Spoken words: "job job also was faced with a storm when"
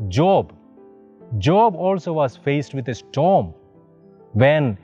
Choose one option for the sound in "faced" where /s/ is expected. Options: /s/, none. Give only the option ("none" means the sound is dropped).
/s/